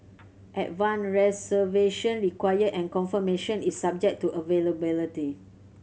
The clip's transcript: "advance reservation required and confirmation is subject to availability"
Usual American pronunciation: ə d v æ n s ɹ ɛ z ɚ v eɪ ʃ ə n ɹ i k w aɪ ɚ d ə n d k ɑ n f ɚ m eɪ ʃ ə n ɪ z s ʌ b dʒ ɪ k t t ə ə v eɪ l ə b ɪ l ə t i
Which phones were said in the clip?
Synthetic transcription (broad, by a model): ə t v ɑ n ɹ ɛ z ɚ v eɪ ʃ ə n ɹ i k w aɪ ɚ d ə n k ɑ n f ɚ m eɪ ʃ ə n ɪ s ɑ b dʒ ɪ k t t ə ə v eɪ l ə b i l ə t i